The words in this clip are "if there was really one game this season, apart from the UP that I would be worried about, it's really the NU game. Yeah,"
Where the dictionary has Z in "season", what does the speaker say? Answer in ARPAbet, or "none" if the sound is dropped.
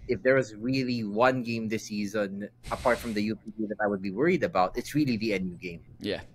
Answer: Z